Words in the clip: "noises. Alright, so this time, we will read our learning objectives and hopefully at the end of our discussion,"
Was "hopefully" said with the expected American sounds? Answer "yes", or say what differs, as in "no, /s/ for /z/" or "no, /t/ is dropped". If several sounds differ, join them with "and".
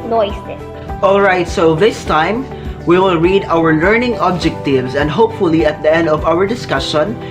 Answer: yes